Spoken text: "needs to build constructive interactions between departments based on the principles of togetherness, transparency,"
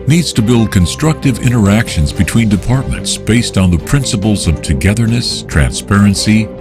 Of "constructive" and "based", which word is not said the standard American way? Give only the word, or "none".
none